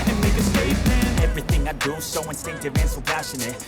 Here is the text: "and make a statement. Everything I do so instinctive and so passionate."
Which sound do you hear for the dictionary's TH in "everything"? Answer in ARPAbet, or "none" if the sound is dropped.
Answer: TH